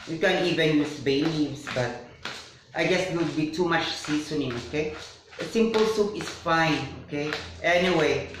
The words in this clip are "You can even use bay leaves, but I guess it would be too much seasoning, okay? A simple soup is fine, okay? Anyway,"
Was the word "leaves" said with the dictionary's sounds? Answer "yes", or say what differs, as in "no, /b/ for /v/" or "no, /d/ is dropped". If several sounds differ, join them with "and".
no, /n/ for /l/